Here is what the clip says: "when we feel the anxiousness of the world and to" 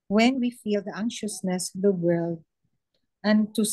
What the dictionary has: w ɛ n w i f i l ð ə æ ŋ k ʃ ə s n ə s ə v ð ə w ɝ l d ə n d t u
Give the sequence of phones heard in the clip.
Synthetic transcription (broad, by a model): w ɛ n w i f i l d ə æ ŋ ʃ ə s n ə s ə v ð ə w ɝ l d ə n t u